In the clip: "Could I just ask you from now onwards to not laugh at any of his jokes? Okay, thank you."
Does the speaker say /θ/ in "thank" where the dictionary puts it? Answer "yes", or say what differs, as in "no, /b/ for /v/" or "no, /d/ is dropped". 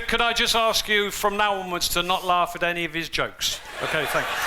yes